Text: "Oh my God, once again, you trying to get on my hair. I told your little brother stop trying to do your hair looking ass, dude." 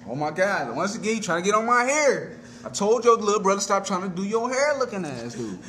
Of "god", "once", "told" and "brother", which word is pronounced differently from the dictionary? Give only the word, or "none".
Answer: none